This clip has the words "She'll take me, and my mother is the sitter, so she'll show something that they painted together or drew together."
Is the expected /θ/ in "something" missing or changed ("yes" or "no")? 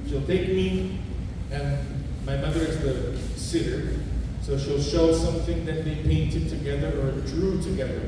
no